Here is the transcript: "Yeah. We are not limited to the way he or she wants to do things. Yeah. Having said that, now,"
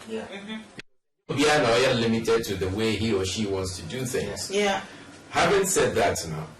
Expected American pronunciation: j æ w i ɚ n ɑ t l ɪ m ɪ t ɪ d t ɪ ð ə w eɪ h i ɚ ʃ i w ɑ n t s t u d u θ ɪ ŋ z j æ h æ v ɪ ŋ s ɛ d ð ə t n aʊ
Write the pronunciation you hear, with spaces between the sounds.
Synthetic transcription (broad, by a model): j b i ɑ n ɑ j l ɪ m ɪ t ɪ d t ɪ ð ə w eɪ h i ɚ ʃ i w ɑ n t s t u d u θ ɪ ŋ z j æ h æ v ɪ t s ɛ d ð ə t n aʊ